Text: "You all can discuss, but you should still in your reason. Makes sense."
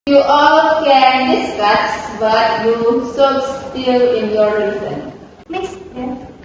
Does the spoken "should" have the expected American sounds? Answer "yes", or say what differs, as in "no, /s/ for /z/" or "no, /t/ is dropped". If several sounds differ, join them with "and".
no, /s/ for /ʃ/